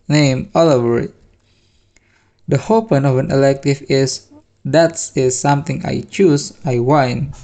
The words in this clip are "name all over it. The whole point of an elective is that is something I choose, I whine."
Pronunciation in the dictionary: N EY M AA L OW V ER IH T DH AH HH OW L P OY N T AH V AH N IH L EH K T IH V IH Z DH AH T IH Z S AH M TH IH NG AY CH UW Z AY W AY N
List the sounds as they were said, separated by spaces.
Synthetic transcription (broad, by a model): N EY M AA L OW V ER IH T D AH HH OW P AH N AH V AH N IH L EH K T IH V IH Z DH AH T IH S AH M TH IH NG AY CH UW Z AY W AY N